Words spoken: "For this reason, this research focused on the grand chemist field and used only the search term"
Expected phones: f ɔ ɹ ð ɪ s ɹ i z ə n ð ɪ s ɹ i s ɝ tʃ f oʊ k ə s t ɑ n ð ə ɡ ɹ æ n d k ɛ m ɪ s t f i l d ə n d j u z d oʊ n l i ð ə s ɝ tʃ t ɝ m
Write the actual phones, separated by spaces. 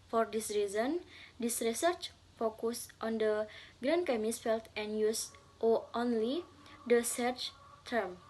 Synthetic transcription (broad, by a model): f ɔ ɹ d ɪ s ɹ i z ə n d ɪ s ɹ i s ɝ tʃ f oʊ k ə s t ɑ n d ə ɡ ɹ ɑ n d k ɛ m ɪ s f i l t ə n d j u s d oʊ n l i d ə s ɝ tʃ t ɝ m